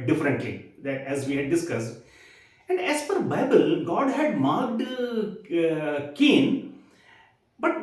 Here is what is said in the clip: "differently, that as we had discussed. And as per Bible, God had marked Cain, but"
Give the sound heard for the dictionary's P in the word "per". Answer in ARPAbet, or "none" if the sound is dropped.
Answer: F